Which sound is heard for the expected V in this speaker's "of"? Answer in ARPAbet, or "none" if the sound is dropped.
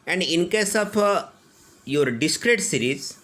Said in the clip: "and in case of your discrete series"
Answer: P